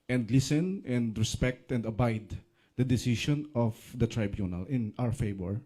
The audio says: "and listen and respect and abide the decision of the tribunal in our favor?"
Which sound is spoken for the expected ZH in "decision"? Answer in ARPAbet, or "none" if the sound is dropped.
SH